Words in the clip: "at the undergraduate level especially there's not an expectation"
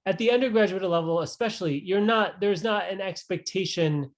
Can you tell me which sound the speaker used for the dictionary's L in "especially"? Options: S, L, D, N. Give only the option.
N